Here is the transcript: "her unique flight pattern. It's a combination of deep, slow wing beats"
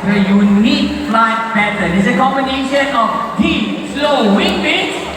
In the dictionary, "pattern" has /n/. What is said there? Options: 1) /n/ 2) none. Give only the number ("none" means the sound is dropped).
2